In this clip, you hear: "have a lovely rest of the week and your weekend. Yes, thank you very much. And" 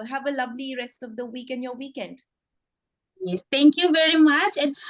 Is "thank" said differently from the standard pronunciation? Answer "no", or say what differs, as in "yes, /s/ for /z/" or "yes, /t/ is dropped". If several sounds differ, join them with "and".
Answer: yes, /t/ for /θ/